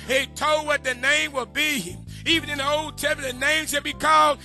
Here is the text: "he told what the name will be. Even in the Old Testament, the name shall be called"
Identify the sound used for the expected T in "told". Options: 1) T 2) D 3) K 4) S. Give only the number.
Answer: 1